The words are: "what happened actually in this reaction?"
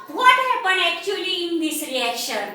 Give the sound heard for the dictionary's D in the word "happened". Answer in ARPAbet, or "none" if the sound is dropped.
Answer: none